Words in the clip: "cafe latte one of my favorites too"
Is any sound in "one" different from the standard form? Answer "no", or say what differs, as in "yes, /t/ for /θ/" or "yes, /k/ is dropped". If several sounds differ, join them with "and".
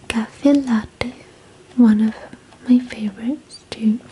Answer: no